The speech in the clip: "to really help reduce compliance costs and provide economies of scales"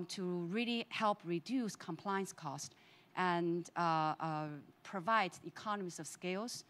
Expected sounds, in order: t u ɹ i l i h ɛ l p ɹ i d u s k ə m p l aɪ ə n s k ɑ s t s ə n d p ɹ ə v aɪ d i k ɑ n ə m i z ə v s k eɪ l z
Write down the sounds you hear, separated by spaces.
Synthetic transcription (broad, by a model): t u ɹ i l i h ɛ l p ɹ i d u s k ə m p l aɪ ə n s k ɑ s t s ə n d p ɹ ə v aɪ d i k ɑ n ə m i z ə v s k eɪ l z